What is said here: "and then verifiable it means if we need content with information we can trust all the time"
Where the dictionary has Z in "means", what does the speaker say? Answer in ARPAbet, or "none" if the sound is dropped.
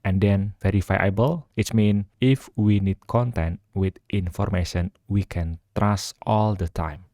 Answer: none